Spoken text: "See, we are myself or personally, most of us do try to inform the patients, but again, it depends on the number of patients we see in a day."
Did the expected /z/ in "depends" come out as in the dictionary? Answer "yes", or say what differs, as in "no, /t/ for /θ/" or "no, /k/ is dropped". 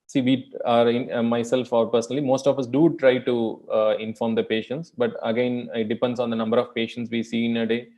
no, /s/ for /z/